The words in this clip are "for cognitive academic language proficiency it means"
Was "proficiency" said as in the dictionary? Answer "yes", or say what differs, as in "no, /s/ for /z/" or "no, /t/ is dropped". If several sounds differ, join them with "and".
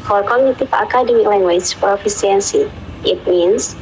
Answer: no, /s/ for /ʃ/